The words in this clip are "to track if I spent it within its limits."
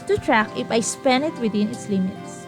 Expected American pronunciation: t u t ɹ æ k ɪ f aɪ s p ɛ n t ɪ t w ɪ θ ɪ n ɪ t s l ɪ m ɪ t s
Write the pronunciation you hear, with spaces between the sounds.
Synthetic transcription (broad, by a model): t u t ɹ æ k ɪ f aɪ s p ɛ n ɪ t w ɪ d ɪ n ɪ t s l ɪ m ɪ t s